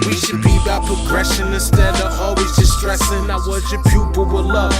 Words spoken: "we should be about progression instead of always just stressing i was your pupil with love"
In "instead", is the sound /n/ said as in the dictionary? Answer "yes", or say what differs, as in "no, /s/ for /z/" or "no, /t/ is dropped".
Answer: no, /n/ is dropped